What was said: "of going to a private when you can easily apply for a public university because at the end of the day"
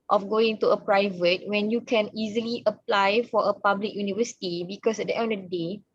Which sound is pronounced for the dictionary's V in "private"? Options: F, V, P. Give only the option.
V